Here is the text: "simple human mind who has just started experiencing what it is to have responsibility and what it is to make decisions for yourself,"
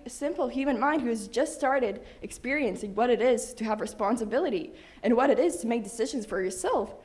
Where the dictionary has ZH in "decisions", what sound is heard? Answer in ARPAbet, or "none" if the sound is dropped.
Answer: ZH